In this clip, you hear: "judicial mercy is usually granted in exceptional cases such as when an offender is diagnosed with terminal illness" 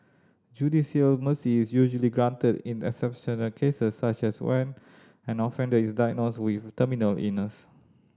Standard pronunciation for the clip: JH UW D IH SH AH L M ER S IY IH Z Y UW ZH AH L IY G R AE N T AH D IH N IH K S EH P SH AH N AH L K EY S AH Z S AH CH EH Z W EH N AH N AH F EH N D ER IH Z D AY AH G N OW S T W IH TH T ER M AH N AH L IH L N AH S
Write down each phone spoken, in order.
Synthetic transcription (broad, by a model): JH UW D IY S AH L M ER S IY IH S Y UW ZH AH L IY G R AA N T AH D IH N IH K S EH P SH AH N AH L K EY S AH S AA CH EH S W EH N AH N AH F EH N D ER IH S D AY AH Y N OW S W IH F T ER M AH N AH L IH N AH S